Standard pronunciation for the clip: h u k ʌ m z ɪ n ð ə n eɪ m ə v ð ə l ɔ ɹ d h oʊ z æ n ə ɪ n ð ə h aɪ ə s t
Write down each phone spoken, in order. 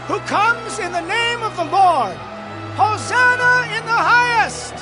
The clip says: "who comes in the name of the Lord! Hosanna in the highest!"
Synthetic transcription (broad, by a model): h u k ʌ m z ɪ n ð ə n eɪ m ə v ð ə l ɔ ɹ d h oʊ z æ n ə ɪ n ð ə h aɪ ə s t